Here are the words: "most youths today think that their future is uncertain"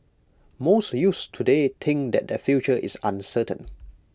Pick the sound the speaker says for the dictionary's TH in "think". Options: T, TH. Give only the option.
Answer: T